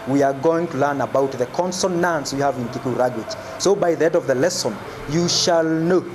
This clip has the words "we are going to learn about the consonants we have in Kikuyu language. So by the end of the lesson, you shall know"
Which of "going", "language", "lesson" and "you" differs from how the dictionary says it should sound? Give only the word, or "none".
language